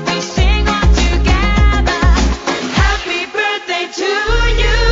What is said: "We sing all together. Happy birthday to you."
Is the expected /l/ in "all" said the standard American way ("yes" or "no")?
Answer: no